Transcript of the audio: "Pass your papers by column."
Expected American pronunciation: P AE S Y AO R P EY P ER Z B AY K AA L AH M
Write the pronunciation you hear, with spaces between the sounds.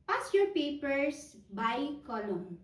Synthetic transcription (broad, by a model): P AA S Y AO R P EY P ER S B AY K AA L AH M